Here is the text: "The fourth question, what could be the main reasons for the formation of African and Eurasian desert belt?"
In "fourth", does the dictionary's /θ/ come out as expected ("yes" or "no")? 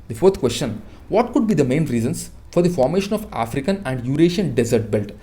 no